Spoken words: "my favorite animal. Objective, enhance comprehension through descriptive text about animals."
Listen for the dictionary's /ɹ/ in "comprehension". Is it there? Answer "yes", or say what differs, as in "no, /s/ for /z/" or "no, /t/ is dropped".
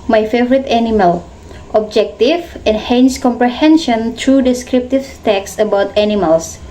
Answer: yes